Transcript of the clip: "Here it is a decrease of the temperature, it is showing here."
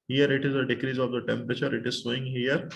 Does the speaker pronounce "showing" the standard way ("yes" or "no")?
no